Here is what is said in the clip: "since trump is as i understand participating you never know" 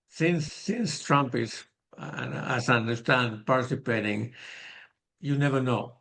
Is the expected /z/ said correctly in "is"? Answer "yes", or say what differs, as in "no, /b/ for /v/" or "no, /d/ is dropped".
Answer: no, /s/ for /z/